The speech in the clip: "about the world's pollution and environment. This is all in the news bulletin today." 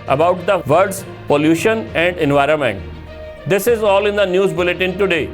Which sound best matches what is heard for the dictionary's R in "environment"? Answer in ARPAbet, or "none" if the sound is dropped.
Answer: R